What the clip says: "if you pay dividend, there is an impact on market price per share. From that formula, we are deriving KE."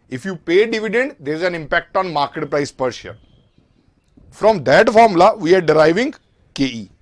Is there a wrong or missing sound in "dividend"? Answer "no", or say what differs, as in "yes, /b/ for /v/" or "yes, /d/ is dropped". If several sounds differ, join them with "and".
no